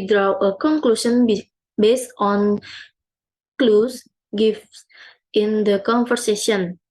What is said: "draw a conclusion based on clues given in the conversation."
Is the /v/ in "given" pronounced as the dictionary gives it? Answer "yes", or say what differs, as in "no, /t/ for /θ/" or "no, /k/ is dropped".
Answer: no, /f/ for /v/